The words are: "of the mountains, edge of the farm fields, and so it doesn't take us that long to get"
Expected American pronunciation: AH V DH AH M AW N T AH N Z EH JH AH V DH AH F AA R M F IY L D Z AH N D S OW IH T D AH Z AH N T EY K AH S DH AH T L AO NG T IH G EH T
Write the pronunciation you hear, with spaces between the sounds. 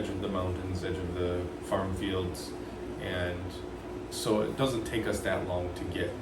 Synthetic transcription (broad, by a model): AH V DH AH M AW N T AH N Z EH JH AH V DH AH F AA R M F IY L D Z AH N S OW IH T D AH Z AH N T EY K AH S DH AH T L AO NG T IH G EH T